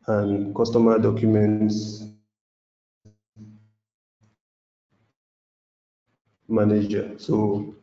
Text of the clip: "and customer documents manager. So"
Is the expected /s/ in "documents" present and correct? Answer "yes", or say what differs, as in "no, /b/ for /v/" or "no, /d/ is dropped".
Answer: yes